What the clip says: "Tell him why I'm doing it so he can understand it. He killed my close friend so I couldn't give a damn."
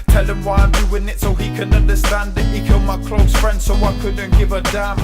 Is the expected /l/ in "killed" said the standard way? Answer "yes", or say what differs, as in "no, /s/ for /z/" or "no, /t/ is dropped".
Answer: yes